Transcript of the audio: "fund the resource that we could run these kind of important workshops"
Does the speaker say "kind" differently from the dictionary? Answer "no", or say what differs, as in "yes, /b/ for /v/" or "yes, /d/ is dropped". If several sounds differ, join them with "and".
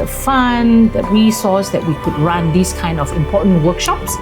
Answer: no